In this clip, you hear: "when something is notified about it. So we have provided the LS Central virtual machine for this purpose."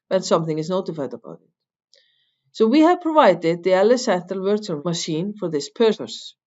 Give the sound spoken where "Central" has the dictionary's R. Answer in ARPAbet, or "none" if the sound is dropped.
none